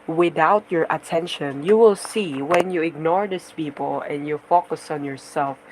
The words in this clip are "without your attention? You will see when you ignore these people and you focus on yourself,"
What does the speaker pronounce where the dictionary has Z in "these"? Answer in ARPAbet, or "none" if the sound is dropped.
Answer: S